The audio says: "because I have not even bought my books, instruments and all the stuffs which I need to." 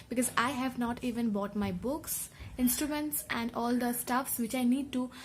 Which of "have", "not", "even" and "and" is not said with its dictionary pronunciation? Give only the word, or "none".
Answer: none